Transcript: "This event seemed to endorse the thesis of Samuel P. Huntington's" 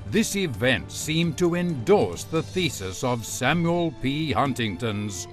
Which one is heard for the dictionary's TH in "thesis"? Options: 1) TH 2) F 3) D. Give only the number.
1